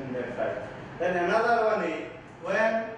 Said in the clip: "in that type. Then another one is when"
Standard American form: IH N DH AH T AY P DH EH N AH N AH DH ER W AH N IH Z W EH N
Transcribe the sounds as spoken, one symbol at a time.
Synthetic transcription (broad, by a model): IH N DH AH S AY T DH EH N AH N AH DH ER W AH N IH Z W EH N